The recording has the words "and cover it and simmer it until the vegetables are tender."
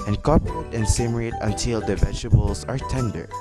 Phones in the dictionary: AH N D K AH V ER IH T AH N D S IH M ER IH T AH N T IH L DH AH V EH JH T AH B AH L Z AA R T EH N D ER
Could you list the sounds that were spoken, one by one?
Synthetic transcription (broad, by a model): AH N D K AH P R IH T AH N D S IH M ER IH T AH T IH L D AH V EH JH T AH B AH L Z AA R T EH N D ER